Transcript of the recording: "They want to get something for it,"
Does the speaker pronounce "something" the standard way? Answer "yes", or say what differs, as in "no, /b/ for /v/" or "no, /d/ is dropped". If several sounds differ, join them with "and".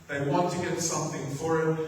yes